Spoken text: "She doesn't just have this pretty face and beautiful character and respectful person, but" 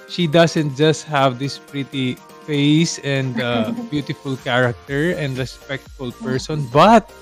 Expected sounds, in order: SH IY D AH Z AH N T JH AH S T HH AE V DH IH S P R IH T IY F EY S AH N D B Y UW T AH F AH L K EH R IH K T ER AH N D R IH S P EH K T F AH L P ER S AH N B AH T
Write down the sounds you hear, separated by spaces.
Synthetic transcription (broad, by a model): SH IY D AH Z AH N T JH AH S T HH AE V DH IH S P R IH T IY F EY S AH N D B Y UW T AH F AH L K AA R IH K T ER AH N D R IH S P EH K T F AH L P ER S AH N B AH T